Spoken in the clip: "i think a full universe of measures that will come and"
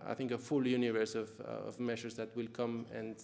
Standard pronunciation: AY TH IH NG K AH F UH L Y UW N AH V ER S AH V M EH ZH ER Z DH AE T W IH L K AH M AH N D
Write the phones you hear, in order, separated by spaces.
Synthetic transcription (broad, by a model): AY TH IH NG K AH F UH L Y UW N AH V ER S AH V M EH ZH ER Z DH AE T W IH L K AH M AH N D